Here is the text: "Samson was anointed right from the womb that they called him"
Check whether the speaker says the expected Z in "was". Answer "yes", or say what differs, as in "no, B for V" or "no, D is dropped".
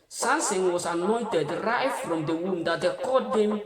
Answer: no, S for Z